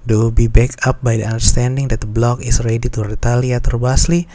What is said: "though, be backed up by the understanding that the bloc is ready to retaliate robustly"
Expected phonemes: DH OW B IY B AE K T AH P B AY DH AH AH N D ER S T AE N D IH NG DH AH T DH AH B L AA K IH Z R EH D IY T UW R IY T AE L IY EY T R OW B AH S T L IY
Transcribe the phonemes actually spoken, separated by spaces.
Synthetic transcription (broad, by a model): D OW B IY B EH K AA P B AY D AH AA N D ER S T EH N D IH NG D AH T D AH B L AA K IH S R EH D IY T UW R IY T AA L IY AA T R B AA S L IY